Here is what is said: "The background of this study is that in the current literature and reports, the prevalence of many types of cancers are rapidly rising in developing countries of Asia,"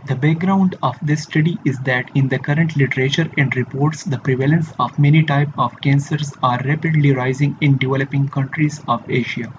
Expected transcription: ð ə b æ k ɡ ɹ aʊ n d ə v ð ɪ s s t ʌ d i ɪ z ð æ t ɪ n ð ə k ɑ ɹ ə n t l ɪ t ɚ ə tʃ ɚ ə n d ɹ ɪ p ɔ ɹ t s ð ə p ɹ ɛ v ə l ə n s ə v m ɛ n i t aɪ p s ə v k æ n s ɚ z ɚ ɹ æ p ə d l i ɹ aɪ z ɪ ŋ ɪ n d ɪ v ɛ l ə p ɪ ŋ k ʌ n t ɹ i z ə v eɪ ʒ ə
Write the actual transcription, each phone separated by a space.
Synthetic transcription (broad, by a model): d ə b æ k ɡ ɹ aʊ n d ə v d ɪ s s t ʌ d i ɪ z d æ t ɪ n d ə k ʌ ɹ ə n t l ɪ t ɚ ə tʃ ɚ ə n d ɹ ɪ p ɔ ɹ t s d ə p ɹ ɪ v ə l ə n s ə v m ɛ n i t aɪ p ə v k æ n s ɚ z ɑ ɹ æ p ə d l i ɹ aɪ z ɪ ŋ ɪ n d ɪ v ɛ l ə p ɪ ŋ k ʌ n t ɹ i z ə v eɪ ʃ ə